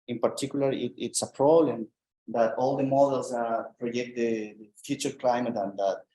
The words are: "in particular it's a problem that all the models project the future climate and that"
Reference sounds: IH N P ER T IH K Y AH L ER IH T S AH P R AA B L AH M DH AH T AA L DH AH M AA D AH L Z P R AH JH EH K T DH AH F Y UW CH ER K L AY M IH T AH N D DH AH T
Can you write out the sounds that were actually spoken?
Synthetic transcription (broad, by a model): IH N P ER T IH K Y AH L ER IH T S AH P R AA B L AH M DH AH T AA L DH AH M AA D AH L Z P R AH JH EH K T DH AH F Y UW CH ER K L AY M IH T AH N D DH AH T